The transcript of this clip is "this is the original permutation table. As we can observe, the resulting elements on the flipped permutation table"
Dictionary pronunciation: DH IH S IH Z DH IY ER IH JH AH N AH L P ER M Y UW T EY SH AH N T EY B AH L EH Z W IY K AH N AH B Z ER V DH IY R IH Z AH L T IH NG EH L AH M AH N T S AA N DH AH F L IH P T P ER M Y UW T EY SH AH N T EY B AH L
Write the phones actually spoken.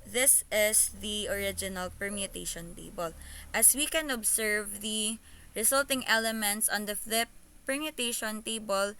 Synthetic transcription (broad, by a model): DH IH S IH S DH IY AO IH JH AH N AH L P ER M Y UW T EY SH AH N T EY B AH L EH S W IY K AH N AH B S ER V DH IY R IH S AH L T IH NG EH L AH M AH N T S AA N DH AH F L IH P P ER M Y UW T EY SH AH N T EY B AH L